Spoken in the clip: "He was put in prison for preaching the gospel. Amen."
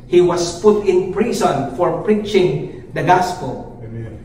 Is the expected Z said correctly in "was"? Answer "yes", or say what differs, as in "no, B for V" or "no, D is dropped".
no, S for Z